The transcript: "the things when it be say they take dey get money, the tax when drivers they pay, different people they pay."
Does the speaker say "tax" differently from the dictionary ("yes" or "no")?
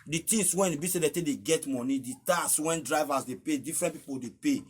yes